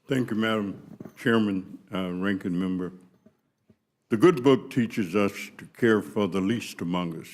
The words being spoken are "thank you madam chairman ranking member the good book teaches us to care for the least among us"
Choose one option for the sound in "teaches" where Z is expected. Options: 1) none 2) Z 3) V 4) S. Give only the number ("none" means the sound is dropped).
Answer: 2